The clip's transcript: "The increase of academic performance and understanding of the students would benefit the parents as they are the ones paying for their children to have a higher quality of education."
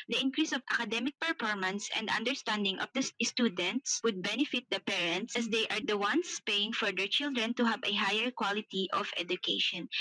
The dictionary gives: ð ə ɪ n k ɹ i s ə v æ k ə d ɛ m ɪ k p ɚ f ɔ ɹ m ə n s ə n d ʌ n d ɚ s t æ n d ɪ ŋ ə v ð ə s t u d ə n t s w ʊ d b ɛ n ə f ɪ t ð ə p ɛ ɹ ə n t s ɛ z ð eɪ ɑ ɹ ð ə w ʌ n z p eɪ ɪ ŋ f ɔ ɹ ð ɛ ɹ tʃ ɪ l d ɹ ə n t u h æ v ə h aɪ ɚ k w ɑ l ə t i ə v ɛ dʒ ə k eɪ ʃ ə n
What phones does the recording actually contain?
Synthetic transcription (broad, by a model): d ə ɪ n k ɹ i s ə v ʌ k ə d ɛ m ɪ k p ɚ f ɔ ɹ m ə n s ə n d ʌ n d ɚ s t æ n d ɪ ŋ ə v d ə s t u d ə n t s w ʊ d b ɛ n ə f ɪ t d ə p ɛ ɹ ə n t s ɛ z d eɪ ɑ ɹ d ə w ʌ n s p eɪ ɪ ŋ f ɔ ɹ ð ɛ ɹ tʃ ɪ l d ɹ ə n t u h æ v ə h aɪ ɚ k w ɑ l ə t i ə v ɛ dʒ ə k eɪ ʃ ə n